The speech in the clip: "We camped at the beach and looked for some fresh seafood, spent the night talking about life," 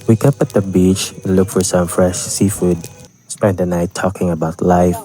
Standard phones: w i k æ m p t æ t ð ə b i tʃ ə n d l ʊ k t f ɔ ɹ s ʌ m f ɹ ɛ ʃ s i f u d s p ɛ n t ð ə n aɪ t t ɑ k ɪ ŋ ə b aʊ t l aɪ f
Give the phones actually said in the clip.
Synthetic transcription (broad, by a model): w i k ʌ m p æ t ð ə b i tʃ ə n l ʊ k f ɔ ɹ s ʌ m f ɹ ɛ ʃ s i f u d s p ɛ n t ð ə n aɪ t t ɑ k ɪ ŋ ə b aʊ t l aɪ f